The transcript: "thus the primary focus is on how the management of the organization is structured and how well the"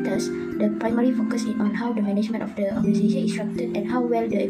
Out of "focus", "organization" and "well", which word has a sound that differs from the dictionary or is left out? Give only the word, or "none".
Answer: organization